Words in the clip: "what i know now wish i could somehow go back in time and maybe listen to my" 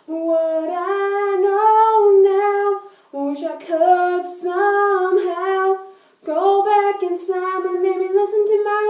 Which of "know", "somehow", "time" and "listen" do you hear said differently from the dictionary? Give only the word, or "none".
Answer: time